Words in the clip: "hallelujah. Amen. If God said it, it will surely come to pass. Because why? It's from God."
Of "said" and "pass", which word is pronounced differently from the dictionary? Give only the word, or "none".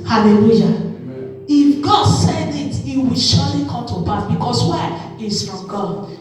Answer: pass